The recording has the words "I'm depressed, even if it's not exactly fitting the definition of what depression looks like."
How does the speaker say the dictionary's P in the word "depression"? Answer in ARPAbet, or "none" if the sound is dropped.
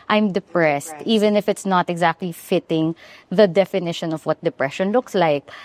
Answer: P